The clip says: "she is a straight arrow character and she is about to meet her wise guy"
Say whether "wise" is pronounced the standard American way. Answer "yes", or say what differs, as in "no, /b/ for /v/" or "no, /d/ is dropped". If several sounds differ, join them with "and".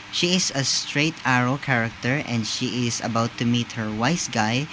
no, /s/ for /z/